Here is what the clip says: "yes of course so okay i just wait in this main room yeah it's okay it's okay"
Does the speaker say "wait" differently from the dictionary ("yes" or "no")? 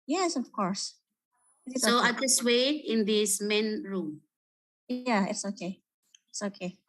yes